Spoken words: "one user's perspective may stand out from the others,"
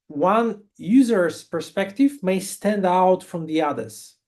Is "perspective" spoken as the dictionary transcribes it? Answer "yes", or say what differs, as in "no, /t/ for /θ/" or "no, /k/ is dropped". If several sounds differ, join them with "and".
yes